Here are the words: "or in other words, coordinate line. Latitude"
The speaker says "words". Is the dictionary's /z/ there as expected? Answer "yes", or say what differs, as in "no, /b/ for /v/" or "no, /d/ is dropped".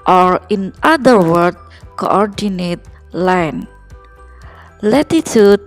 no, /z/ is dropped